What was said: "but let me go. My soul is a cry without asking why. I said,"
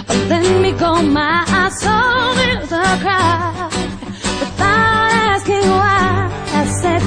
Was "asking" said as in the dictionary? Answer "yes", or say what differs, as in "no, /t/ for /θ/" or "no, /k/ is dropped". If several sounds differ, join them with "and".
yes